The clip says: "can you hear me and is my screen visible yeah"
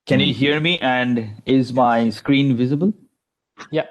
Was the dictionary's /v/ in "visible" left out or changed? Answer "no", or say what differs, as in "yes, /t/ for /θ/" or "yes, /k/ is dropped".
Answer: no